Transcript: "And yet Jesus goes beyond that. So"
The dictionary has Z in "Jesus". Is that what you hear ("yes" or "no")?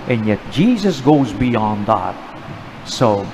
yes